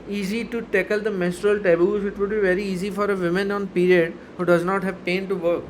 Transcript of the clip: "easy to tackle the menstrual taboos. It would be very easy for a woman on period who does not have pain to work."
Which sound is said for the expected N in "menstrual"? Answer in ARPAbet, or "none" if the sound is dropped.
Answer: none